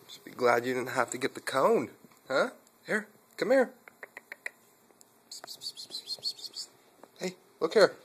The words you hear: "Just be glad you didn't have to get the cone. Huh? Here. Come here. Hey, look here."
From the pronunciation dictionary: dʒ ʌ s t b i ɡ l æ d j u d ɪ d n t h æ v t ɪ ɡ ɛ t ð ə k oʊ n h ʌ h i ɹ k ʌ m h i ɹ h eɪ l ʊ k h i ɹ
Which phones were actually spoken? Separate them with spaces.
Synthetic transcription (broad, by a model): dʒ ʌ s b i ɡ l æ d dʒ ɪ d ɪ d n t h æ f t ɪ ɡ ɛ t ð ə k oʊ n h ʌ h i ɹ k ʌ m h i ɹ h eɪ l ʊ k h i ɹ